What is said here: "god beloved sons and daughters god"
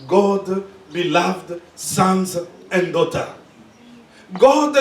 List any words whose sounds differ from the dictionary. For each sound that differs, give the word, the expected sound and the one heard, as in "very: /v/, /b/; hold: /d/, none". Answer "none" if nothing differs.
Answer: daughters: /z/, none